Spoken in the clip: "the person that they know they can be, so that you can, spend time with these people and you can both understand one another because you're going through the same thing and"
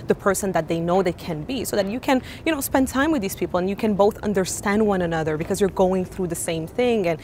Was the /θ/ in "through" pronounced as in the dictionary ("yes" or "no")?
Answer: yes